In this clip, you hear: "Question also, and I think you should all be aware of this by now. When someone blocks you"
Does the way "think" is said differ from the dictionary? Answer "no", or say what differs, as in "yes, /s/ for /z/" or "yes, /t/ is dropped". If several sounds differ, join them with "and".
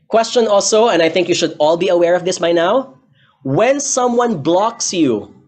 no